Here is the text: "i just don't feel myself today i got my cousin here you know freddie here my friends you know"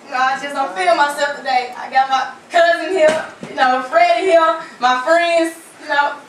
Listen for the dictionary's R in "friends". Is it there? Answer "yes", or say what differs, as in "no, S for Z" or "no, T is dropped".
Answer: yes